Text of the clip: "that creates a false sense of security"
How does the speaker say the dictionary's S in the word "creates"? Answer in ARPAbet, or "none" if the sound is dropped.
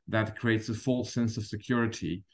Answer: S